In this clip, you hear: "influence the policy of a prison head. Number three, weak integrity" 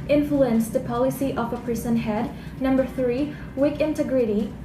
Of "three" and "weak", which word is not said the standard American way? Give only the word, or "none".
none